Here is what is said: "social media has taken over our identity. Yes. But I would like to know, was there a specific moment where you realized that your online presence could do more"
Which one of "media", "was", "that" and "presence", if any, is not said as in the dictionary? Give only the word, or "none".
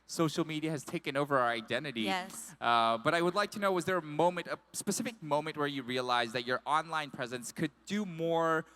none